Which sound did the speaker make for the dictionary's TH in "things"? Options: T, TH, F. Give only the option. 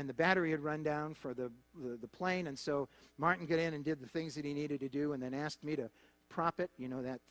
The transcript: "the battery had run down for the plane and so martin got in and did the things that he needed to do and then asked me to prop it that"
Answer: TH